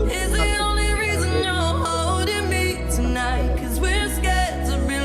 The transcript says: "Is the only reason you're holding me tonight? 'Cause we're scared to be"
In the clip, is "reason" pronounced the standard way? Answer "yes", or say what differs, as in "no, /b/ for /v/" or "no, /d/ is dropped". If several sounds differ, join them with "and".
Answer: yes